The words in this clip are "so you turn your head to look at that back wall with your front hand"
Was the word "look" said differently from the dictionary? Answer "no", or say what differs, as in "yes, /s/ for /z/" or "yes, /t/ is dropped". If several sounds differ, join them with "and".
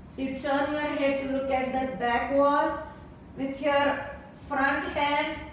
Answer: no